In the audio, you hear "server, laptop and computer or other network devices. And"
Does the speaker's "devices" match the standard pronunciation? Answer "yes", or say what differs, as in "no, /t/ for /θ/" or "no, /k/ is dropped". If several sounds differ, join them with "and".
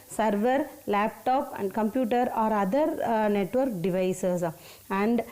no, /s/ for /z/